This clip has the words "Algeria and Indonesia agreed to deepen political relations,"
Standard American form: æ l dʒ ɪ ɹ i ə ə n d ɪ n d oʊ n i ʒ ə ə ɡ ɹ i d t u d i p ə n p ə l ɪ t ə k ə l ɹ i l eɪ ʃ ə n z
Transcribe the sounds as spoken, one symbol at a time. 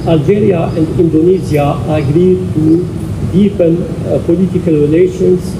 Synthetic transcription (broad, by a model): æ l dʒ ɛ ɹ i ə ə n d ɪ n d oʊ n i z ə ə ɡ ɹ i d t u d i p ə n p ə l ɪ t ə k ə l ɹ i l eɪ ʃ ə n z